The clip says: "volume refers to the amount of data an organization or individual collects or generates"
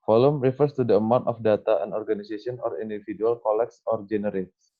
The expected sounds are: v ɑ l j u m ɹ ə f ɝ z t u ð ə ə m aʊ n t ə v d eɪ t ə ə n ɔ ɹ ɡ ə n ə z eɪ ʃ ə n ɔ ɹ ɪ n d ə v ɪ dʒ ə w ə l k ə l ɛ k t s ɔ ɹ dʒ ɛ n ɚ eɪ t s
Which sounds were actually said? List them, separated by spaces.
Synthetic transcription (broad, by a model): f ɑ l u m ɹ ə f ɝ s t u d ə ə m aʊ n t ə f d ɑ t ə ə n ɔ ɹ ɡ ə n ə s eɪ s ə n ɔ ɹ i n d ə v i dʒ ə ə l k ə l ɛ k s ɔ ɹ dʒ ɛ n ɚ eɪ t s